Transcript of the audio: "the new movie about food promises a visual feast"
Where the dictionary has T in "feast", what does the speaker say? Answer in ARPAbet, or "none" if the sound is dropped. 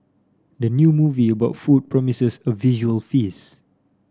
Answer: none